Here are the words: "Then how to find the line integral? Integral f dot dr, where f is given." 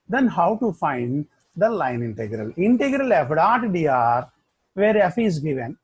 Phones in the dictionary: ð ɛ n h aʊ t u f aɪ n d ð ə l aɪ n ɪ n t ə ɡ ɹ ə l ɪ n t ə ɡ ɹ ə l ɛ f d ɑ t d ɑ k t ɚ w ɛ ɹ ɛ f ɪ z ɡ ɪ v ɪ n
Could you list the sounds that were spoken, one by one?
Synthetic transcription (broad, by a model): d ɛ n h aʊ t u f aɪ n d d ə l aɪ n ɪ n t ə ɡ ɹ ə l ɪ n t ə ɡ ɹ ə l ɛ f d ɑ t d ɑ t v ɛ ɹ ɛ f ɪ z ɡ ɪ v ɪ n